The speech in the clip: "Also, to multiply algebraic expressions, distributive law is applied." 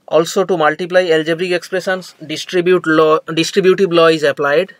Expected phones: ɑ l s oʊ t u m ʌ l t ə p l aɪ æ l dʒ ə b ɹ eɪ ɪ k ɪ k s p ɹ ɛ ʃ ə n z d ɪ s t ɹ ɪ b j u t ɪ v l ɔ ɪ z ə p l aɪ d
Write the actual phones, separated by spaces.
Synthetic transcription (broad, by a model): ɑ l s oʊ t u m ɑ l t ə p l aɪ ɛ l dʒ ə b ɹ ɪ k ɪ k s p ɹ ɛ s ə n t d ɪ s t ɹ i b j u t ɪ b l ɔ ɪ z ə p l aɪ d